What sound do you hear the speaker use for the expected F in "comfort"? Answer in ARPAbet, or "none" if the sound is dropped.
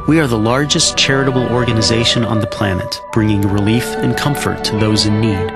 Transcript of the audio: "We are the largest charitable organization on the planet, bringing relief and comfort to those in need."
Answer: F